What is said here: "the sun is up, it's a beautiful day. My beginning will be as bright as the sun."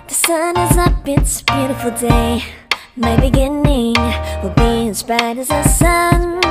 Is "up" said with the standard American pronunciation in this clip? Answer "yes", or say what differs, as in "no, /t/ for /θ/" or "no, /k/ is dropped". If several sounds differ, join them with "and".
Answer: no, /b/ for /p/